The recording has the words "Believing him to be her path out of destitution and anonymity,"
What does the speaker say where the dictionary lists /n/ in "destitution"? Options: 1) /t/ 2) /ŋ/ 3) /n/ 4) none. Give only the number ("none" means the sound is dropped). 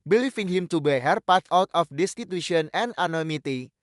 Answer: 4